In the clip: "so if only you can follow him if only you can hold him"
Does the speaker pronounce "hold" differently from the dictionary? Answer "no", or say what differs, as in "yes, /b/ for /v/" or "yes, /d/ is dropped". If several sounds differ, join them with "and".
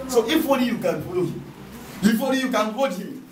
yes, /l/ is dropped